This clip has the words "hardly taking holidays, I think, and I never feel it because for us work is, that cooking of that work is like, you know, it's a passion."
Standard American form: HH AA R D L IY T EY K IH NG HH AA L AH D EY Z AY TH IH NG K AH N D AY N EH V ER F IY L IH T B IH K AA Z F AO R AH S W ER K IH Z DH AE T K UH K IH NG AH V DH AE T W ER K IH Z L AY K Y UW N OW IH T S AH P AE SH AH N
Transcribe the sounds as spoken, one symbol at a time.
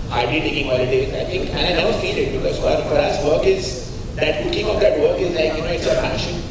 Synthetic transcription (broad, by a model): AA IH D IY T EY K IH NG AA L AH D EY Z AY T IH NG K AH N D AY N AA UH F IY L IH T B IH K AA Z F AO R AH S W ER K IH Z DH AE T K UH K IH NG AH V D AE T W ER K IH Z L AY K Y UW N OW IH T S AH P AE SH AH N